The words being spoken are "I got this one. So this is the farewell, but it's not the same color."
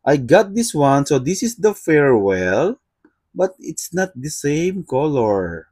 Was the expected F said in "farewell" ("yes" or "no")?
yes